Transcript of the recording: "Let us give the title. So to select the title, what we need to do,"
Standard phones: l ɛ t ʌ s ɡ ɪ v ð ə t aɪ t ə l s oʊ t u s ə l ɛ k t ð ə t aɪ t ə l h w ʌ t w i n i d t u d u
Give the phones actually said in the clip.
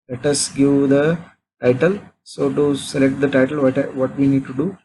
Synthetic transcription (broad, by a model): l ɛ t ʌ s ɡ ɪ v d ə t aɪ t ə l s oʊ t u s ə l ɛ k t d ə t aɪ t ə l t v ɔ t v i n i d t u d u